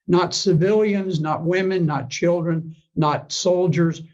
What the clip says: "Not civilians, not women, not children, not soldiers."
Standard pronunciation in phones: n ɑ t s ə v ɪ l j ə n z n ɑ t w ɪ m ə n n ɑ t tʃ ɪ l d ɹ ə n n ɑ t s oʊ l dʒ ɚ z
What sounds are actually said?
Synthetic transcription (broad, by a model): n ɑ t s ə v ɪ l j ə n z n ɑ t w ɪ m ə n n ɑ t tʃ ɪ l d ɹ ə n n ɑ t s oʊ l dʒ ɚ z